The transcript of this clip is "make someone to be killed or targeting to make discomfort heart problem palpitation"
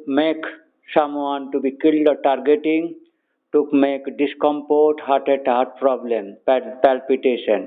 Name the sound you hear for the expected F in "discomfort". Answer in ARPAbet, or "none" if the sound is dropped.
P